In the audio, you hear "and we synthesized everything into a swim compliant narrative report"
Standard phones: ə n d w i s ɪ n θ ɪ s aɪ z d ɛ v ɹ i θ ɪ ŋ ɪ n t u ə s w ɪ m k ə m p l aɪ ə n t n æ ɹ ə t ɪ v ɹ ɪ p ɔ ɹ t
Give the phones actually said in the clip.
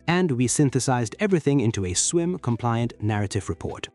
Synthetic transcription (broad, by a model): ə n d w i s ɪ n θ ɪ s aɪ z d ɛ v ɹ i θ ɪ ŋ ɪ n t u ə s w ɪ m k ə m p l aɪ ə n n æ ɹ ə t ɪ v ɹ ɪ p ɔ ɹ t